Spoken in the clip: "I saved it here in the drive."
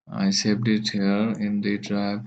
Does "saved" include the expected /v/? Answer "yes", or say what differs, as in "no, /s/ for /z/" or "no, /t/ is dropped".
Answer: no, /p/ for /v/